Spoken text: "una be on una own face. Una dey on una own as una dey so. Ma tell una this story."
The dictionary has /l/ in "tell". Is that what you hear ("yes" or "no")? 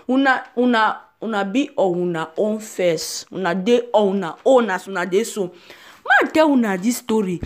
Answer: no